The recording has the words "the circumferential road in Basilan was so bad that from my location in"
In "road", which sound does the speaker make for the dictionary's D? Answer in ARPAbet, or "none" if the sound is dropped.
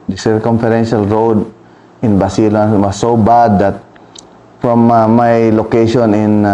D